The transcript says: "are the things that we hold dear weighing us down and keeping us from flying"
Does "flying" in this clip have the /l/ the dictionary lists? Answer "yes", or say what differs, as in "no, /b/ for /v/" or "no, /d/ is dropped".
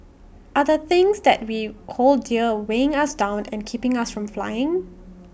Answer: yes